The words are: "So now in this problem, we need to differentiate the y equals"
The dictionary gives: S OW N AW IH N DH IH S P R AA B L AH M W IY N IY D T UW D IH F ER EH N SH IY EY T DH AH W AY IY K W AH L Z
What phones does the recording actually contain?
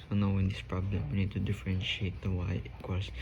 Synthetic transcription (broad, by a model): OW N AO IH N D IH S P R AA B L AH M W IY N IY D T UW D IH F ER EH N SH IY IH T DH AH W AY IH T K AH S